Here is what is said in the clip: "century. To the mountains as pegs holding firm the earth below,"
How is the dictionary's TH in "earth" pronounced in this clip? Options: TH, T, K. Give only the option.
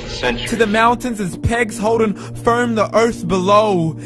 TH